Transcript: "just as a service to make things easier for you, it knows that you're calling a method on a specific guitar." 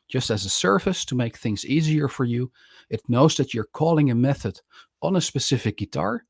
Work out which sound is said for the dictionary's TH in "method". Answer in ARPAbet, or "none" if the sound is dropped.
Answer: TH